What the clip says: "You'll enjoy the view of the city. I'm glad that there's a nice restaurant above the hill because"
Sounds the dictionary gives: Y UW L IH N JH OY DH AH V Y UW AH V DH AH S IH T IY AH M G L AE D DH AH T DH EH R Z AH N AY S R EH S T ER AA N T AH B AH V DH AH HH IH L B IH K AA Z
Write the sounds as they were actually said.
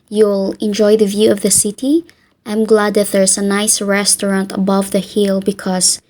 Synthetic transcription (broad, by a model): Y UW L IH N JH OY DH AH V Y UW AH V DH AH S IH T IY AH M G L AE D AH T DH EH R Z AH N AY S R EH S T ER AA N T AH B AH V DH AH HH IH L B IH K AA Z